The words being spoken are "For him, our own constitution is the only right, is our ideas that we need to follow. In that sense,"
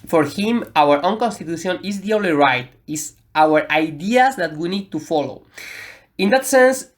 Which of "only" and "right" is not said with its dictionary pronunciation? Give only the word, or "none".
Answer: only